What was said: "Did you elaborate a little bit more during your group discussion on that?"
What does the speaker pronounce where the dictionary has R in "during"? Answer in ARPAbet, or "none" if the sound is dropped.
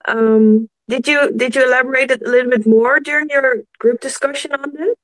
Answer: R